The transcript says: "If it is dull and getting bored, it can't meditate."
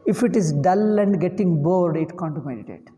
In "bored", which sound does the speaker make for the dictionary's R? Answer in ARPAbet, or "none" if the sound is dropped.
R